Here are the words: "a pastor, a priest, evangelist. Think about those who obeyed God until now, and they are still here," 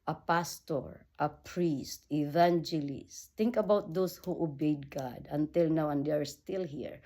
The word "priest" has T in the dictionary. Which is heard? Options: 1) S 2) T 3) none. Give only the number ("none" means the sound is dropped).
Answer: 2